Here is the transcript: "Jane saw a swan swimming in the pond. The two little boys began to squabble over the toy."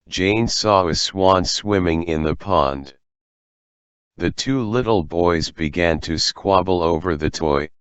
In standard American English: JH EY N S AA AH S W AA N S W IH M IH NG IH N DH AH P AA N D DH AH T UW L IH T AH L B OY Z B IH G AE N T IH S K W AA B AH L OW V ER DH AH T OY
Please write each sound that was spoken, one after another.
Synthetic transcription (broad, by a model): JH EY N S AA AH S W AA N S W IH M IH NG IH N DH AH P AA N D DH AH T UW L IH T L B OY Z B IH G AE N T IH S K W AA B L OW V ER DH AH T OY